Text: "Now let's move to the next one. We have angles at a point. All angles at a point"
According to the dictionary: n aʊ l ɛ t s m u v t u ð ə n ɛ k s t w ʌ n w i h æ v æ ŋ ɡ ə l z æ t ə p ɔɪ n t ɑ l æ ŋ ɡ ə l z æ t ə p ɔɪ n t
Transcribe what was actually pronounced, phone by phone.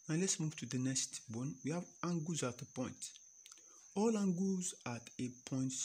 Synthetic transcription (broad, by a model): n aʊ l ɛ t s m u v t u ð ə n ɛ k s t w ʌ n w i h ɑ v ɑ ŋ ɡ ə z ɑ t ə p ɔɪ n t ɑ l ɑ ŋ ɡ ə z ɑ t ə p ɔɪ n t